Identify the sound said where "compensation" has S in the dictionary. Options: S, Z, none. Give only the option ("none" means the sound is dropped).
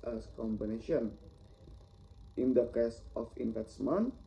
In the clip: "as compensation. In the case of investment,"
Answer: none